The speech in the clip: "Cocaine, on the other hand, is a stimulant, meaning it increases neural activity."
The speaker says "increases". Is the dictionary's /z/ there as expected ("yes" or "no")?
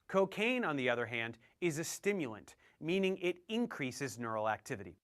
yes